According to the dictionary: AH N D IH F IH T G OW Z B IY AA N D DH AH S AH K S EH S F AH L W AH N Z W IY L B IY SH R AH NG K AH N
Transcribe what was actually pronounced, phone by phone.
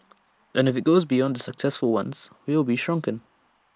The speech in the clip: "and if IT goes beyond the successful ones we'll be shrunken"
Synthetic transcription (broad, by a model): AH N IH F IH T G OW Z B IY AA N D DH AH S AH K S EH S F AH L W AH N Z W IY L B IY SH R AH NG K AH N